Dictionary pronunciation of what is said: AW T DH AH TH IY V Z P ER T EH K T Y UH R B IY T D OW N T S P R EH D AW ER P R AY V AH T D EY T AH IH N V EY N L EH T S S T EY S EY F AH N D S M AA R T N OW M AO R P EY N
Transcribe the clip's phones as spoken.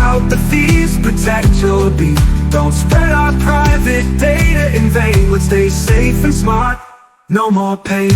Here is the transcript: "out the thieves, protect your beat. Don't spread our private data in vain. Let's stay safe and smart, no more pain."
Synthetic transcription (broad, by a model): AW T DH AH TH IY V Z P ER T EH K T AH L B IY D OW N T S P R EH D AW ER P R AY V AH T D EY T AH IH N V EY N W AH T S S T EY S EY F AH N S M AA R T N OW M AO R P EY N